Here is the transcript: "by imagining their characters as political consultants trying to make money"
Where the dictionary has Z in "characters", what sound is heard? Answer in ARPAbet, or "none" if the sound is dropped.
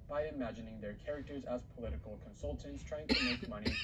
Z